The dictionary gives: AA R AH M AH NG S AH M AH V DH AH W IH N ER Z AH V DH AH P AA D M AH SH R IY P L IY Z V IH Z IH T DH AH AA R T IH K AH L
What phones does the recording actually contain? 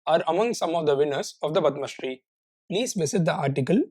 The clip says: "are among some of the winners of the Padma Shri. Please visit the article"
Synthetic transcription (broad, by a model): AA R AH M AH NG S AH M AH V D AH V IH N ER S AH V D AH B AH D M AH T R IY P L IY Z V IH S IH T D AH AA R T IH K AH L